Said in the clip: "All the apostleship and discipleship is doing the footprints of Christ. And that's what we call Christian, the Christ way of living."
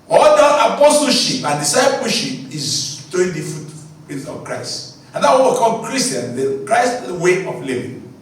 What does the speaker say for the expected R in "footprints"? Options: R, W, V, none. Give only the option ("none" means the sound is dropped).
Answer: none